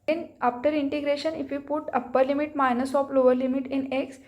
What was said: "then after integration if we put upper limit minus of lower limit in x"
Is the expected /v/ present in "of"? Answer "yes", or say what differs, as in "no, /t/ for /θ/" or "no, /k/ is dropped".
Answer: no, /p/ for /v/